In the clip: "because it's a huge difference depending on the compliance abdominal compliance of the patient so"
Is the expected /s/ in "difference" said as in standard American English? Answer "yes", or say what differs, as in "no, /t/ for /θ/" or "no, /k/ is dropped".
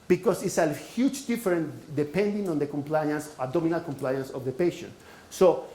no, /s/ is dropped